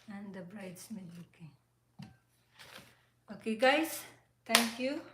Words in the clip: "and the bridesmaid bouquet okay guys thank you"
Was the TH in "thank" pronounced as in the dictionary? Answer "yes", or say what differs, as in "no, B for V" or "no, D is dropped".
no, T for TH